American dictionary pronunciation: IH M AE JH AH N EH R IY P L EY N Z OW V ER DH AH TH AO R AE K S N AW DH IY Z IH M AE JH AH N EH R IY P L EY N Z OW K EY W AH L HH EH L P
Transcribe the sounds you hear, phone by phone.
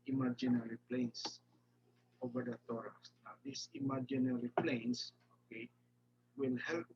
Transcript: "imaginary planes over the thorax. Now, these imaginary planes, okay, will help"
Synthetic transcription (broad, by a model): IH M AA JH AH N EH R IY P L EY N S OW V ER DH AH T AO R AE S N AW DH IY S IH M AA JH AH N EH R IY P L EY N S OW K EY W AH L HH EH L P